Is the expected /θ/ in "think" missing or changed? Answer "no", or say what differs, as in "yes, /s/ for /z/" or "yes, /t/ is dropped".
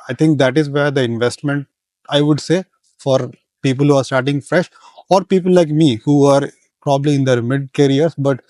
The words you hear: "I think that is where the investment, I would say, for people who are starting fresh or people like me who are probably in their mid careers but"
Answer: yes, /t/ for /θ/